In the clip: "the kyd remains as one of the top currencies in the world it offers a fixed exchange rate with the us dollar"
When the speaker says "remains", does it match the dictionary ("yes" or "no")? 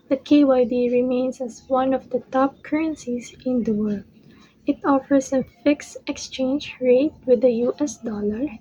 no